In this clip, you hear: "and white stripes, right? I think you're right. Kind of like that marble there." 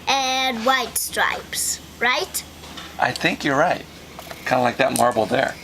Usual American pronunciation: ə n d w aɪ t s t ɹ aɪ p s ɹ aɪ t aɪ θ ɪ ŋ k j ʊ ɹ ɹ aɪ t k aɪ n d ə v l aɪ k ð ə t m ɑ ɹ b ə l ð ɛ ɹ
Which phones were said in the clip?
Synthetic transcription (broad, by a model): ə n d w aɪ t s t ɹ aɪ p s ɹ aɪ t aɪ θ ɪ ŋ k j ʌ ɹ ɹ aɪ t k aɪ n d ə l aɪ k ð ə t m ɑ ɹ b l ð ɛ ɹ